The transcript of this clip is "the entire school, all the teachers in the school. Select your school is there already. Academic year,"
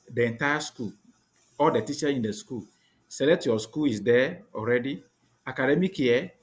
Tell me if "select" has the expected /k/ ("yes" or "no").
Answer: no